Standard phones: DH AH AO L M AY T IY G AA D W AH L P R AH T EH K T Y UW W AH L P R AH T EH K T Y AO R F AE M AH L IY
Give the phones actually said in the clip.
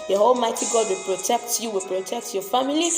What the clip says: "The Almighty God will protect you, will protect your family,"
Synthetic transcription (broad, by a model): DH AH AO L M AY T IY G AA D W AH L P R AH T EH K T Y UW W AH L P R AH T EH K T Y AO F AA M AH L IY